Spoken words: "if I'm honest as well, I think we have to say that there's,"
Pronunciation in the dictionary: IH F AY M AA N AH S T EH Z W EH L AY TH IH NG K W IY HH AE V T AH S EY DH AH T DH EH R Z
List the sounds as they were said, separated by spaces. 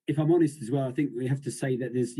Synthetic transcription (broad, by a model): IH F AY M AA N AH S T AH Z W EH L AY TH IH NG K W IY HH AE F T AH S EY DH AH T DH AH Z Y